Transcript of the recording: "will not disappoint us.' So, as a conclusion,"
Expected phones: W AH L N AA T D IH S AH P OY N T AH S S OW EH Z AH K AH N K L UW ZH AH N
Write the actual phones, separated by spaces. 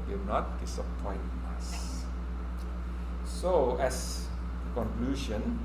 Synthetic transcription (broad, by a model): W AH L N AA T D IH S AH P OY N AH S S OW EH S AH K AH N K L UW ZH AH N